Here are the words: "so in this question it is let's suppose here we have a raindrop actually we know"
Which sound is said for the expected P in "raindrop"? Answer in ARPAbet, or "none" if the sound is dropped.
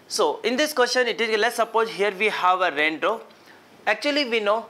none